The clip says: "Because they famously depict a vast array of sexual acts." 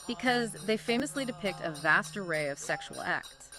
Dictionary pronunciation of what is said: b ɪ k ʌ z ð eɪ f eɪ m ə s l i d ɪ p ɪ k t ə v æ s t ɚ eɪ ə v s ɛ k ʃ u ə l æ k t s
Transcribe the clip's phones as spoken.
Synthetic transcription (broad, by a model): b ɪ k ʌ z ð eɪ f eɪ m ə s l i d ɪ p ɪ k t ə v æ s t ɚ eɪ ə v s ɛ k ʃ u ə l æ k t s